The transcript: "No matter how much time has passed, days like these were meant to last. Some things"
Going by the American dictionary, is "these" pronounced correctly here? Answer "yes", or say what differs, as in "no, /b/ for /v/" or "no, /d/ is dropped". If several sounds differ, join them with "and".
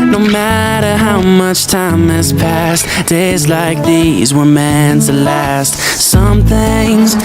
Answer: yes